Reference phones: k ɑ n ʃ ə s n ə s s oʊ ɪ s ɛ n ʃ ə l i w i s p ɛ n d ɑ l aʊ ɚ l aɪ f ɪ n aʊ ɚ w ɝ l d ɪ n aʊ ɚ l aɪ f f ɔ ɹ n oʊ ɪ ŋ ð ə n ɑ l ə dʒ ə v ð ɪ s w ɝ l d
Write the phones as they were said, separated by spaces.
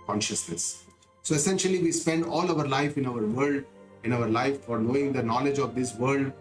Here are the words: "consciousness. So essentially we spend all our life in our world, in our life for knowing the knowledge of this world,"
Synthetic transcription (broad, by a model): k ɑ n ʃ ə s n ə s s oʊ ɪ s ɛ n ʃ ə l i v i s p ɛ n d ɑ l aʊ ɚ l aɪ f ɪ n aʊ ɚ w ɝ l d ɪ n aʊ ɚ l aɪ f f ɔ ɹ n oʊ ɪ ŋ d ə n ɑ l ə dʒ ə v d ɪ s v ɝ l d